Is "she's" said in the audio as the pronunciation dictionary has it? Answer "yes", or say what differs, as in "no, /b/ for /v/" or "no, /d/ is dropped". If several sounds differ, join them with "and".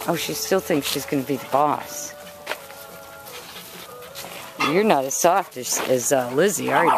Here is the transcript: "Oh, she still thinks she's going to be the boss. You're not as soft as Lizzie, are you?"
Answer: yes